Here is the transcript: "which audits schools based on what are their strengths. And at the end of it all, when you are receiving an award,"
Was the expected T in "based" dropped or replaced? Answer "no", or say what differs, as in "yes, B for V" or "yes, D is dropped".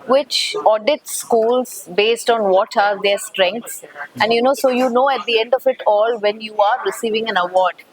no